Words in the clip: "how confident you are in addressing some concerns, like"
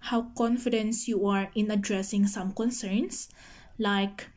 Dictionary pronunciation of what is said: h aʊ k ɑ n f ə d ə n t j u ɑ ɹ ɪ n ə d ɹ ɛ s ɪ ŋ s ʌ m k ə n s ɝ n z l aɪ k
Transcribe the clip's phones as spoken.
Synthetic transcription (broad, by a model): h aʊ k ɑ n f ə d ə n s j u ɑ ɹ ɪ n ə d ɹ ɛ s ɪ ŋ s ʌ m k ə n s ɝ n s l aɪ k